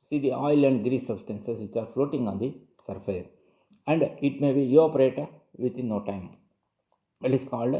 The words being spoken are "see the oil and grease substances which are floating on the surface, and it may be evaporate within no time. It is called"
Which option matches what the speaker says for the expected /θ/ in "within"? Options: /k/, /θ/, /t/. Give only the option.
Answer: /t/